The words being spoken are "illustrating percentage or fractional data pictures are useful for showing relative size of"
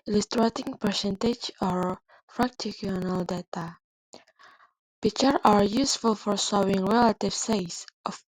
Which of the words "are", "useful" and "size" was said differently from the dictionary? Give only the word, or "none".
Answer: size